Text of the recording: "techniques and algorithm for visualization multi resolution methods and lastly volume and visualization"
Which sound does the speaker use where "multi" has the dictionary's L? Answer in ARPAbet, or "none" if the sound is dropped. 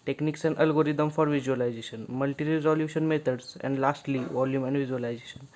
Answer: L